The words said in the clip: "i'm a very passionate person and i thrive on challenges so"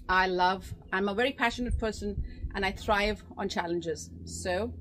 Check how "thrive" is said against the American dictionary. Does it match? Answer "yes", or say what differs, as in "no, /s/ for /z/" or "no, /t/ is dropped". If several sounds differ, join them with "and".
yes